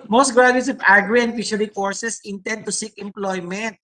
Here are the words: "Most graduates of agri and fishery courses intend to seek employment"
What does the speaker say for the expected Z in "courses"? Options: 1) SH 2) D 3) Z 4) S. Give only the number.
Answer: 4